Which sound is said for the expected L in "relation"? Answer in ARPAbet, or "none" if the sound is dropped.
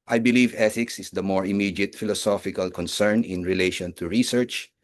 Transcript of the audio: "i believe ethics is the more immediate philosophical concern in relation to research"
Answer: L